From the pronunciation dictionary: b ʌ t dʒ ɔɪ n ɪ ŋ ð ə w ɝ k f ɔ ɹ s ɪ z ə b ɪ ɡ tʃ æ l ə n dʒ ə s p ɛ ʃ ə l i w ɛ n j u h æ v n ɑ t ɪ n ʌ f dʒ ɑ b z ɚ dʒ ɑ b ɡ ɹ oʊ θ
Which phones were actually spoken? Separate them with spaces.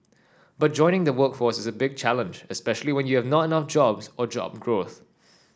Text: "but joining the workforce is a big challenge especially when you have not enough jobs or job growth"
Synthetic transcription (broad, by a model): b ʌ t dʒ ɔɪ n ɪ ŋ ð ə w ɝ k f ɔ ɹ s ɪ z ə b ɪ ɡ tʃ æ l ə n dʒ ə s p ɛ ʃ ə l i w ɛ n j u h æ v n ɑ t ɪ n ʌ f dʒ ɑ b z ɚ dʒ ɑ b ɡ ɹ oʊ θ